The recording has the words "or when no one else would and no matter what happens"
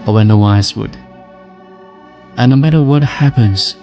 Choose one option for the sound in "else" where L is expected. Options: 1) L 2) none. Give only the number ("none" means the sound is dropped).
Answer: 2